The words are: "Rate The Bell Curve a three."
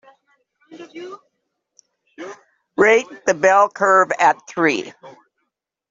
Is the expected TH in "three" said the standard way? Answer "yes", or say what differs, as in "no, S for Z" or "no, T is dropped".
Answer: yes